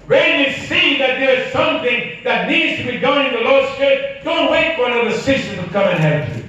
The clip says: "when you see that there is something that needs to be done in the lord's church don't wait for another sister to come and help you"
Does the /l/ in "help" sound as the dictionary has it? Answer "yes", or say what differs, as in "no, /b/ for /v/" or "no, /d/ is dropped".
no, /l/ is dropped